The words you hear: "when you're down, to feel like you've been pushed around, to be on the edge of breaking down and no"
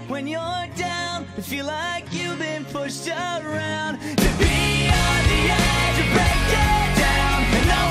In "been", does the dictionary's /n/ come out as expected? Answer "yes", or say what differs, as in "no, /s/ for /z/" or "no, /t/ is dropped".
yes